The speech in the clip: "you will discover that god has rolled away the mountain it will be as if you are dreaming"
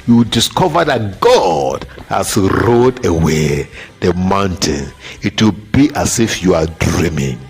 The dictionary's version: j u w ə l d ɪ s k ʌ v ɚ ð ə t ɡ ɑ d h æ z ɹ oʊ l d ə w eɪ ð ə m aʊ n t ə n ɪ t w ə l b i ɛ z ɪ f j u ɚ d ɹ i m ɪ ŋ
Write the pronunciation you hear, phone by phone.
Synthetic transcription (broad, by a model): j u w d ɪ s k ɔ v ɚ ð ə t ɡ ɑ d h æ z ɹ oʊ d ə w eɪ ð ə m aʊ n t ə n ɪ t w ə l b i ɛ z ɪ f j u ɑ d ɹ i m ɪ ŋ